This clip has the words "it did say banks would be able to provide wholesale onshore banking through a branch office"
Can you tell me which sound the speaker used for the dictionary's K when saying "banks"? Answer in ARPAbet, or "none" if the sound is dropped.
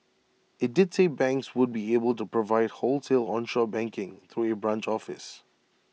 K